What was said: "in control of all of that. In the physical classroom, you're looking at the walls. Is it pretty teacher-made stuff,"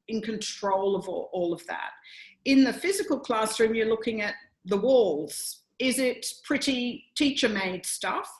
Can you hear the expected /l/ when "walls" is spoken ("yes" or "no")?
yes